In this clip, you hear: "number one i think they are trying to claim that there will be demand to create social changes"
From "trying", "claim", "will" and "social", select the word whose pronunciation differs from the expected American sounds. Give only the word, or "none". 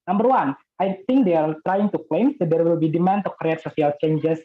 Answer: social